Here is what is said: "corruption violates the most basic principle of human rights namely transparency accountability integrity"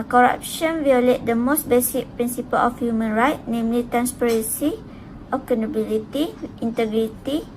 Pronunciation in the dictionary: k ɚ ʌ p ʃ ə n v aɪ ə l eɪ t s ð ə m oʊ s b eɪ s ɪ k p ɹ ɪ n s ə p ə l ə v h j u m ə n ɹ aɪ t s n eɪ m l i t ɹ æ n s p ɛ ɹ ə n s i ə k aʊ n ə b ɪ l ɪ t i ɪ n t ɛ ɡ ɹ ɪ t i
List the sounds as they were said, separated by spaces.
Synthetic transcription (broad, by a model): k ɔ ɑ p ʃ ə n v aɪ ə l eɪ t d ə m oʊ s b eɪ s ɪ k p ɹ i n s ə p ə l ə f h j u m ə n ɹ aɪ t n eɪ m l i t ɹ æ n s p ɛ ɹ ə n s i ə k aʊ n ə b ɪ l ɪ t i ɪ n t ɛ ɡ ɹ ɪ t i